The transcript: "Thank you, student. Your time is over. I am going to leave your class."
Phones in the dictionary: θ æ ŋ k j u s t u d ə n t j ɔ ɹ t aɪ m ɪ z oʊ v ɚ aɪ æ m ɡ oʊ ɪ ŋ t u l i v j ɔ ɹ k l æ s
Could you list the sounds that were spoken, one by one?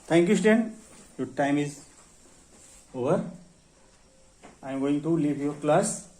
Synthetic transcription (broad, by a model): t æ ŋ k j u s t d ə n j ɔ ɹ t aɪ m ɪ z oʊ v ɚ aɪ m ɡ oʊ ɪ ŋ t u l i v j ɔ ɹ k l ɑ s